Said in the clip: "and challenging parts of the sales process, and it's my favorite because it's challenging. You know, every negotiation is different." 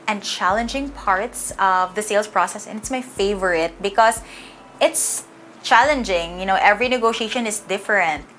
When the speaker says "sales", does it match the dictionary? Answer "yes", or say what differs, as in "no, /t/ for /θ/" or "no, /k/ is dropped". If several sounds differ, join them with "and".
no, /s/ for /z/